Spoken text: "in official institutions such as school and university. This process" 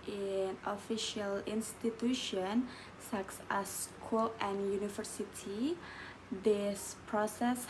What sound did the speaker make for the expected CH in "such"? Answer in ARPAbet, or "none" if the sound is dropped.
S